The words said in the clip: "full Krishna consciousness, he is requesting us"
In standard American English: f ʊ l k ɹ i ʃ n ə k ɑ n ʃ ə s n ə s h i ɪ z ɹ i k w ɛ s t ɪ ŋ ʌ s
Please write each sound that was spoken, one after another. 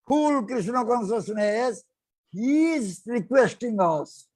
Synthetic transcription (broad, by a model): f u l k ɹ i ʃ n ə k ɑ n s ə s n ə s h i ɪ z ɹ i k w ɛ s t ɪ ŋ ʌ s